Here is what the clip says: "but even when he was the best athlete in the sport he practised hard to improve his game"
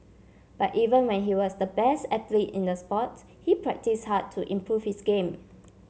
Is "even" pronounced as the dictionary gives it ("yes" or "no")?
yes